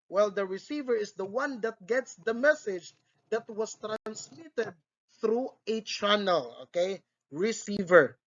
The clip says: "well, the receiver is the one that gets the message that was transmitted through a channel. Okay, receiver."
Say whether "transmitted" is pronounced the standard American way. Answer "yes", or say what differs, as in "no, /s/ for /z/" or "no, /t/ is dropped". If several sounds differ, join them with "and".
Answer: yes